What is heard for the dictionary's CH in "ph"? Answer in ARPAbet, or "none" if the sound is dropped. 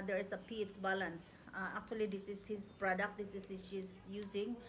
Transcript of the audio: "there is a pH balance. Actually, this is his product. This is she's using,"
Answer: S